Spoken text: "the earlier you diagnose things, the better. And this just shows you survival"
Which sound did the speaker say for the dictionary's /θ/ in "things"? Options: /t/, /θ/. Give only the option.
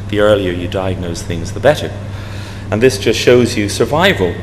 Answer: /θ/